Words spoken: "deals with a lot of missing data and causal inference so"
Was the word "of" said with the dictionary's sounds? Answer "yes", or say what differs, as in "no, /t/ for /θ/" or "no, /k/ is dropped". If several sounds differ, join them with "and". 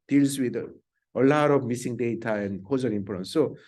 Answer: no, /b/ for /v/